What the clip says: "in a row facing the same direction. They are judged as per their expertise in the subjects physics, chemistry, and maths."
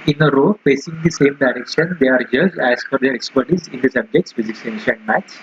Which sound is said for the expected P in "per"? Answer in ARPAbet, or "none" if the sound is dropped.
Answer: F